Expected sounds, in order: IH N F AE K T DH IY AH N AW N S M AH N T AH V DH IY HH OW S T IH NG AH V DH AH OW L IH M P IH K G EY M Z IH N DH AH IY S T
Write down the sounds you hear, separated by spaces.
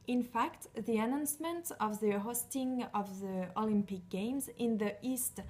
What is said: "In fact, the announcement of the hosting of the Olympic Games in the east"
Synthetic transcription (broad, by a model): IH N F AE K T DH IY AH N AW N S M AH N T AH V DH IY HH OW S T IH NG AH V DH AH OW L IH M P IH K G EY M Z IH N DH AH IY S T